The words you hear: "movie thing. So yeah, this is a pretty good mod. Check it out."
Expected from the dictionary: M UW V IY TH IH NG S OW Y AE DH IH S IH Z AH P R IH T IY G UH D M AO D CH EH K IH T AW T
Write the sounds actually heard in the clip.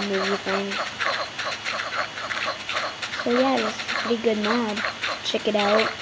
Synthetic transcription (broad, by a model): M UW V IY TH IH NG S OW Y AE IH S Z P R IH T IY G UH D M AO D CH EH K IH T AW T